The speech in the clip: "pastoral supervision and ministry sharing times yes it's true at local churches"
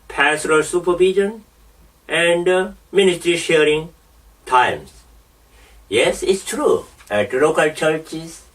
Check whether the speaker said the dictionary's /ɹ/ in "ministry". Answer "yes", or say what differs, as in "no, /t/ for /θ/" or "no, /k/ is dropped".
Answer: yes